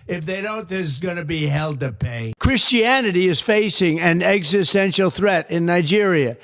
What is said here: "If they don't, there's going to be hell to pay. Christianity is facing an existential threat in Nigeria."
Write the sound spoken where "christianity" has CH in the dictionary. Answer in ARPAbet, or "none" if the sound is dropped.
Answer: CH